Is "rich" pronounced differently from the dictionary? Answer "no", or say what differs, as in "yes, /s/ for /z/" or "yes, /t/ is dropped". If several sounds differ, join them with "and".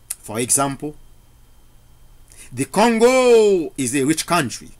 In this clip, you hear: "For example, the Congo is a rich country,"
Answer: no